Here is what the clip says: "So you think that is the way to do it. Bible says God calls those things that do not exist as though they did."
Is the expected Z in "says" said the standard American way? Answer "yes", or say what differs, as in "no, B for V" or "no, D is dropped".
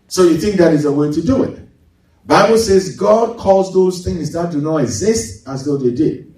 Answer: yes